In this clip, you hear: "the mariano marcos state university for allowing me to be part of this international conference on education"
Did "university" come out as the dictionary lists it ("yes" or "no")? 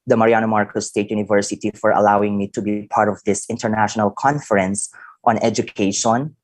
yes